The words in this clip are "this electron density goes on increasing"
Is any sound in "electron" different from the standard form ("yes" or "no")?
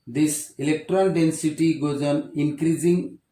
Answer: yes